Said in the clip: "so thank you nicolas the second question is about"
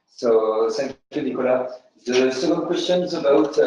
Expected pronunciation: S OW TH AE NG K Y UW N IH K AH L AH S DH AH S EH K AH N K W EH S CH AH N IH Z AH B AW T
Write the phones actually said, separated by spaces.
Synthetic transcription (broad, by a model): S OW S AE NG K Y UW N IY K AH L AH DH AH S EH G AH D K W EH S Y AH N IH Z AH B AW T